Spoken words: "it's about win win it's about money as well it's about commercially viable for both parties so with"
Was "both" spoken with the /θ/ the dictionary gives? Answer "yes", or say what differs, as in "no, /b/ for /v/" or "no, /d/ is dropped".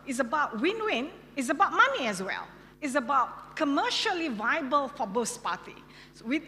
no, /s/ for /θ/